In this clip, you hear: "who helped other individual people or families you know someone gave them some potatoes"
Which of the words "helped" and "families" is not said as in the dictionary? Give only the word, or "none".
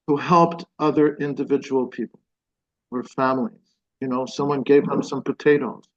none